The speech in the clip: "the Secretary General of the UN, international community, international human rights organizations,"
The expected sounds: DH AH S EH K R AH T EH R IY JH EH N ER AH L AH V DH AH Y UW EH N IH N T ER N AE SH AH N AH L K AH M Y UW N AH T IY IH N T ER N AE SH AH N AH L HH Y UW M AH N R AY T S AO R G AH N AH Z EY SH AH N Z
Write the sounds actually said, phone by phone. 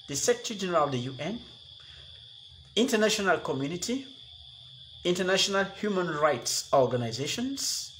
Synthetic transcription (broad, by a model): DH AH S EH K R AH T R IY JH EH N ER AH L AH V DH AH Y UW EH N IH N T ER N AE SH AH N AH L K AH M Y UW N AH T IY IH N T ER N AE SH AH N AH L HH Y UW M AH N R AY T S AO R G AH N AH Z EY SH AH N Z